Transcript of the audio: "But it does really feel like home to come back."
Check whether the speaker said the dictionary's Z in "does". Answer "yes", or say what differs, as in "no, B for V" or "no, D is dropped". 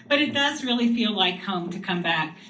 yes